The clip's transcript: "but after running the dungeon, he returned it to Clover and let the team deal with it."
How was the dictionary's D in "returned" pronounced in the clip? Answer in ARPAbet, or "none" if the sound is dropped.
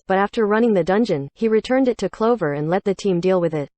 D